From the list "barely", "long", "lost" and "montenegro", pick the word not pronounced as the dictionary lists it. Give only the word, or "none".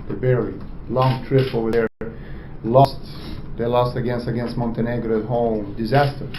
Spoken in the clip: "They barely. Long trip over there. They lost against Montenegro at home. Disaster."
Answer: barely